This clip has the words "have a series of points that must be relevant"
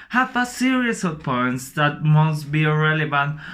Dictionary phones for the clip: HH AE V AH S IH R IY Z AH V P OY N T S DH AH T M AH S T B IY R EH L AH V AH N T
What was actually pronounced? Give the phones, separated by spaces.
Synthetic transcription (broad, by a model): HH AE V AH S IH R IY S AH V P OY N T S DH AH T M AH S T B IY R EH L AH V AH N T